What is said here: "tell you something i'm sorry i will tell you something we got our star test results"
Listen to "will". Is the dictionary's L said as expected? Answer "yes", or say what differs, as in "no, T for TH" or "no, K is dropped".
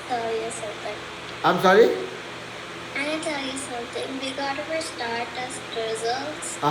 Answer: no, N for L